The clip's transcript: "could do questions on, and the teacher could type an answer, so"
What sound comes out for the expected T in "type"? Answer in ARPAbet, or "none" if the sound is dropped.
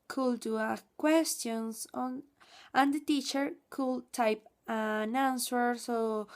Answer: T